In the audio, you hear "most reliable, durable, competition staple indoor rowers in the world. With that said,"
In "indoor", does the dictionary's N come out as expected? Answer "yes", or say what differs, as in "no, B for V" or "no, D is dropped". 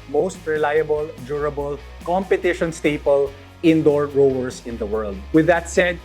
yes